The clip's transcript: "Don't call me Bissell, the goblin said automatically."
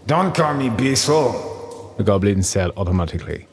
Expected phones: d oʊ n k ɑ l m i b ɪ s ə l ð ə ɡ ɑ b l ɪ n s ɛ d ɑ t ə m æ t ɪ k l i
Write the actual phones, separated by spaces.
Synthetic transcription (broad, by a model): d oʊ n k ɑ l m i b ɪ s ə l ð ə ɡ ɑ b l ɪ n s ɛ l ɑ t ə m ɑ t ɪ k l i